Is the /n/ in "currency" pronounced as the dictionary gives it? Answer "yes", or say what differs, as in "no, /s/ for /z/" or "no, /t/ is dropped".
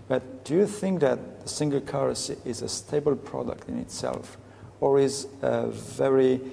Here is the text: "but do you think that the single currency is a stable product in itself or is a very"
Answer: no, /n/ is dropped